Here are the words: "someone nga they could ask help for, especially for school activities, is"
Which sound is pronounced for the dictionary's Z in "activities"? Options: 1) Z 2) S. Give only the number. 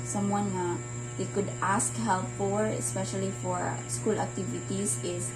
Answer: 2